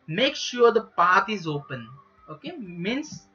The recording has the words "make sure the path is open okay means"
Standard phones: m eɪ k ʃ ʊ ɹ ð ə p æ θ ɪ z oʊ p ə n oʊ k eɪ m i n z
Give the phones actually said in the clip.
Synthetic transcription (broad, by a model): m eɪ k ʃ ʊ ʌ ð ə p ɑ t ɪ z oʊ p ə n oʊ k eɪ m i n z